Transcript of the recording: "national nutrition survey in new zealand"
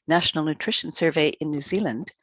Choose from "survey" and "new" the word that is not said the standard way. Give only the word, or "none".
none